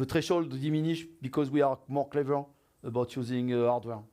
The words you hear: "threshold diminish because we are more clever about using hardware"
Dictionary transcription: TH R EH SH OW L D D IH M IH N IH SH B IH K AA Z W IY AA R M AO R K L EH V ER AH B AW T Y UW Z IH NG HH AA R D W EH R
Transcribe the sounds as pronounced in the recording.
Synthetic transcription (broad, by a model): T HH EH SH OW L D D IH M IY N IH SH B IH K AA Z W IY AA R M AO R K L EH V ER AH B AW T Y UW Z IH NG AA R D W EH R